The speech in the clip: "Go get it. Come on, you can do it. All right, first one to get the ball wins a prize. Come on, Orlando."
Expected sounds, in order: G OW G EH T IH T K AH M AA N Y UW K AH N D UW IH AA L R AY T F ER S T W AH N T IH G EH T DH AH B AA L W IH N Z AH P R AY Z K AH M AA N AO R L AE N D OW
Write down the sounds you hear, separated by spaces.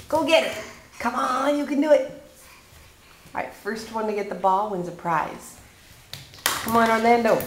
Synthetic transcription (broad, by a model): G OW G EH T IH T K AH M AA N Y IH K AH N D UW IH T R AY T F ER S T W AH N T IH G EH T DH AH B AA L W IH N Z AH P R AY Z K AH M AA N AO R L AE N D OW